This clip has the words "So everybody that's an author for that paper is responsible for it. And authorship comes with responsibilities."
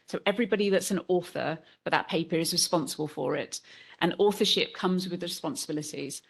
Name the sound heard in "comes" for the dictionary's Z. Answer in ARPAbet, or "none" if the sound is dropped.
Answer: Z